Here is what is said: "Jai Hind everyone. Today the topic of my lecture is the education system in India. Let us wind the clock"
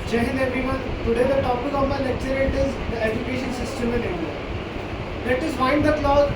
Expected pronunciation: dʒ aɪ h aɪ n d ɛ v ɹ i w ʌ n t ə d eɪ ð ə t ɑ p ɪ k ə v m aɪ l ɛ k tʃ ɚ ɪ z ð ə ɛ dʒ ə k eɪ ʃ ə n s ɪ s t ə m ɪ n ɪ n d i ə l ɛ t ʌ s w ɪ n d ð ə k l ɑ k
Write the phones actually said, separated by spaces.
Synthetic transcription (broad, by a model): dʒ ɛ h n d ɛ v i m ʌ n t ə d eɪ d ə t ɑ p ɪ k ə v m aɪ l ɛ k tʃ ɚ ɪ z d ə ɛ dʒ ə k eɪ ʃ ə n s ɪ s t ə m ɪ n ɪ n d i ə l ɛ t ʌ s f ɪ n d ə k l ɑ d